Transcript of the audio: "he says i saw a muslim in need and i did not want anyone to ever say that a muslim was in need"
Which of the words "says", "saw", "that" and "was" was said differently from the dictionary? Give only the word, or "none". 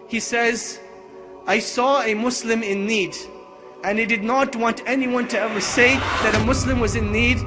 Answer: none